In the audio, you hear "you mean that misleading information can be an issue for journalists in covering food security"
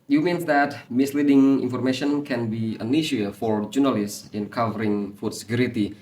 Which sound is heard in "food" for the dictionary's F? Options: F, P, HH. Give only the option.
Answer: F